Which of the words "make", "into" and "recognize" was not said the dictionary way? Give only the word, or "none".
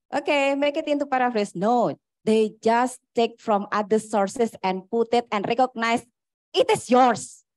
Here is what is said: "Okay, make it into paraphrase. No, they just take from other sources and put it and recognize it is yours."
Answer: recognize